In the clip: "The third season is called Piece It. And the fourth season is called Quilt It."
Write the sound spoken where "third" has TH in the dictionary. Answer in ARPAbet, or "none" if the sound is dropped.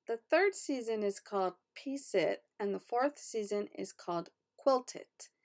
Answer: TH